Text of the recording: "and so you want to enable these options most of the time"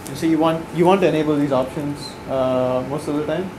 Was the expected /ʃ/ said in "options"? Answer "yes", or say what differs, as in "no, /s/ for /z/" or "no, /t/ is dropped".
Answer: yes